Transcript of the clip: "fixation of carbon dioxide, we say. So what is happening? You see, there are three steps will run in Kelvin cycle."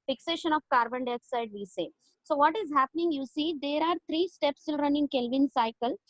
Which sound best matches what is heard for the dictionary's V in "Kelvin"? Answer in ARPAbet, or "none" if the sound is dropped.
V